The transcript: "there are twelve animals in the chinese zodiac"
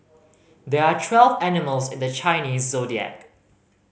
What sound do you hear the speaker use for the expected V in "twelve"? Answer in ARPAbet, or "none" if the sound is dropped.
V